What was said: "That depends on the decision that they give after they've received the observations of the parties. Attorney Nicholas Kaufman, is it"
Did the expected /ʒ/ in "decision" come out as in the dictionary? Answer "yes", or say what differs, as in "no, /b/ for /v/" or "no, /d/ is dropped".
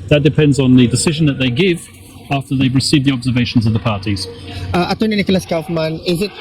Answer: yes